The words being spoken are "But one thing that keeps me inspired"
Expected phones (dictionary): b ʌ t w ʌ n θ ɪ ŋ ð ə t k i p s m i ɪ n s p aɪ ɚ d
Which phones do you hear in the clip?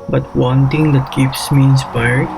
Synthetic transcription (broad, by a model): b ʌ t w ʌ n t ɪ ŋ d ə t k i p s m i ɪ n s p aɪ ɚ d